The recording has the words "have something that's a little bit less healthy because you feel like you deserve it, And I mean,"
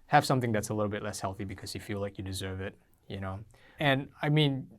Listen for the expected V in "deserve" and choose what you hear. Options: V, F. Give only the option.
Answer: V